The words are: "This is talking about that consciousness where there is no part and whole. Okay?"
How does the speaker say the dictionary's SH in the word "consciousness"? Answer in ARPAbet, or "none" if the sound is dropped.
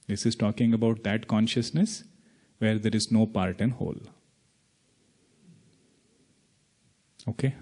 SH